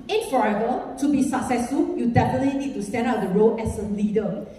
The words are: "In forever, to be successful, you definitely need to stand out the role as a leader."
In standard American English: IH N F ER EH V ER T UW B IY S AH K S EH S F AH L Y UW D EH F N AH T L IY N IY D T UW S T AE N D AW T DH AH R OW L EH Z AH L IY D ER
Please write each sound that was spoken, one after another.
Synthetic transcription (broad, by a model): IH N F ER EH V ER T UW B IY S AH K S EH S F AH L Y UW D EH F N AH T L IY N IY D T UW S T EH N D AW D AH R OW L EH S AH L IY D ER